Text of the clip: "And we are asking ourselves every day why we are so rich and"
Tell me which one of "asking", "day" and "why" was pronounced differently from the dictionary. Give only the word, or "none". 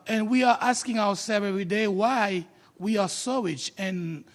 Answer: none